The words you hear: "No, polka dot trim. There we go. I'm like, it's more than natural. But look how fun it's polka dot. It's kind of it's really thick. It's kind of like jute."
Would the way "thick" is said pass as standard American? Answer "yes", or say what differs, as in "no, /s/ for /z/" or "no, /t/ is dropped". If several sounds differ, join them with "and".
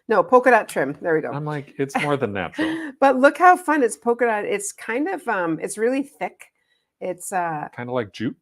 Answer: yes